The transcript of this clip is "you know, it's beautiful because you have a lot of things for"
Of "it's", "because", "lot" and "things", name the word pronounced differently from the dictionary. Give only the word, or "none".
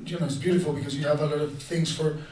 none